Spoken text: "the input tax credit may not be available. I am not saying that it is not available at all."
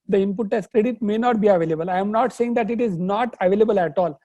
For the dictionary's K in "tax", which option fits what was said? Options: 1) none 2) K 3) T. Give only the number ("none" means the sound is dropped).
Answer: 1